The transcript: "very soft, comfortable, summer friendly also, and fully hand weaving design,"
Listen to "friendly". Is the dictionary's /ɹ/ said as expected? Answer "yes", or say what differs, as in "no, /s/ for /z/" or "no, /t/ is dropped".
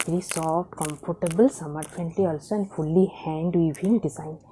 no, /ɹ/ is dropped